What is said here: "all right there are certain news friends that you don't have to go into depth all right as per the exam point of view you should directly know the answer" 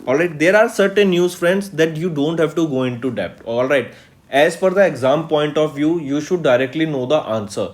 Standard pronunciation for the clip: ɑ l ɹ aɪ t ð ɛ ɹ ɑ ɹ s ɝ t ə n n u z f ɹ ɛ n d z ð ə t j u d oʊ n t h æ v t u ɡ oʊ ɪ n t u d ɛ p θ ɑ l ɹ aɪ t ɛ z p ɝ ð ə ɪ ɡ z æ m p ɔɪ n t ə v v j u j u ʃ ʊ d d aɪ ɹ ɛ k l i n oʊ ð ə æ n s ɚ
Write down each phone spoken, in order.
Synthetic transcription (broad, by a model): ɑ l ɹ aɪ t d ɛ ɹ ɑ ɹ s ɝ t ə n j u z f ɹ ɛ n d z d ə t j u d oʊ n t h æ v t u ɡ oʊ ɪ n t u d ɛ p t ɑ l ɹ aɪ t ɛ z f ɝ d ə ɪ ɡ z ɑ m p ɔɪ n t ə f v j u j u ʃ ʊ d d aɪ ɹ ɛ k l i n oʊ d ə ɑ n s ɚ